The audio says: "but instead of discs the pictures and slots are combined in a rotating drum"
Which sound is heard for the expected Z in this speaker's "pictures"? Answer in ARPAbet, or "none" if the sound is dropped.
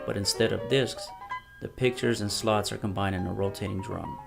Z